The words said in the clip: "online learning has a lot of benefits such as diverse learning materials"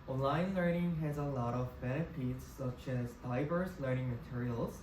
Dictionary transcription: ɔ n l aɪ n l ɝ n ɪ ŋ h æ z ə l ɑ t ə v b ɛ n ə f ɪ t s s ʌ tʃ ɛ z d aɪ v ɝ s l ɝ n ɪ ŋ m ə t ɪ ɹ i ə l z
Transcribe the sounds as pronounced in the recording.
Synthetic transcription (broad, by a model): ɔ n l aɪ n l ɝ n ɪ ŋ h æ z ə l ɑ t ə v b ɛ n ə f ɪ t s s ʌ tʃ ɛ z d aɪ v ɝ s l ɝ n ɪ ŋ m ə t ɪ ɹ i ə l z